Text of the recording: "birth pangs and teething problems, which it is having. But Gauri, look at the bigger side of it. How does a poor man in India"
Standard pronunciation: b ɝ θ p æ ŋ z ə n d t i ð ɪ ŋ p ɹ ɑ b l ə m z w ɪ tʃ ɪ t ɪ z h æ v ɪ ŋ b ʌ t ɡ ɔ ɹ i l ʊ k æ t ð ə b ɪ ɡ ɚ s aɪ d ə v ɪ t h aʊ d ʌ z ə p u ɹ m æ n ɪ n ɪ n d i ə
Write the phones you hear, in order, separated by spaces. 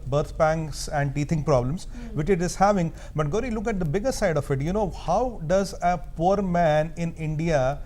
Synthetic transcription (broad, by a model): b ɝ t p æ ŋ s ə n d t i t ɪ ŋ p ɹ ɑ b l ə m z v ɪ tʃ ɪ t ɪ z h æ v ɪ ŋ b ʌ t ɡ ɔ ɹ i l ʊ k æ t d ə b ɪ ɡ ɚ s aɪ d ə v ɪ t h aʊ d ʌ z ə p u ɹ m æ n ɪ n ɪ n d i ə